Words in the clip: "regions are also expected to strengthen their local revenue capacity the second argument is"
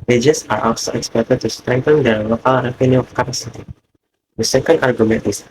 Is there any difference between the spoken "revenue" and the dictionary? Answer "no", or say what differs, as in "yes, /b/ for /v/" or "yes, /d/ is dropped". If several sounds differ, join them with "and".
yes, /p/ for /v/